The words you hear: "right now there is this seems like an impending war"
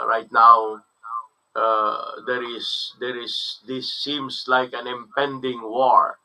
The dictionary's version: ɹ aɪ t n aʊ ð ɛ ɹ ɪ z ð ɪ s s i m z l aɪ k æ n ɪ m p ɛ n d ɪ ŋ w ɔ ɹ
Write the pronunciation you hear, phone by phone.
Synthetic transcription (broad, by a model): ɹ aɪ t n aʊ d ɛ ɹ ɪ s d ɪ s s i m s l aɪ k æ n ɪ m p ɛ n d ɪ ŋ w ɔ ɹ